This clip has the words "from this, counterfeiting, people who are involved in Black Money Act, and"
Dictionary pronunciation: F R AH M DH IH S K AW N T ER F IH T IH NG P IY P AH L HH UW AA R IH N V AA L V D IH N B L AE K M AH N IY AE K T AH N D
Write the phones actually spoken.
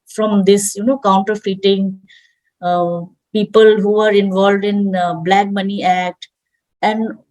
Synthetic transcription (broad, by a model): F R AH M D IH S K AW N T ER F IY T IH NG P IY P AH L HH UW AA R IH N V AA L V D IH N B L AE K M AH N IY AE K T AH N D